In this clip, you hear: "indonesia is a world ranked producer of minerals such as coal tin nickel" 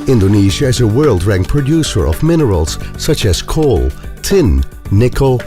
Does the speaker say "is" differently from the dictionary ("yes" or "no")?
no